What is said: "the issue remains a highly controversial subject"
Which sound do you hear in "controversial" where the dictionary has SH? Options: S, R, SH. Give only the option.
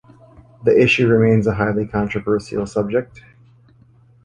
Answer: S